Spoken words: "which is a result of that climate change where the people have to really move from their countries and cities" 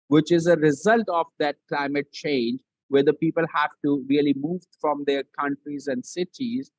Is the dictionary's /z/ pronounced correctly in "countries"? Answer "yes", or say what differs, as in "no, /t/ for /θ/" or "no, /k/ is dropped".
yes